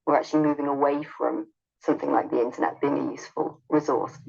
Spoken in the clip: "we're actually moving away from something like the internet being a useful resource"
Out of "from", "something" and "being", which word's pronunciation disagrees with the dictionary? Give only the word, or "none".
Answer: none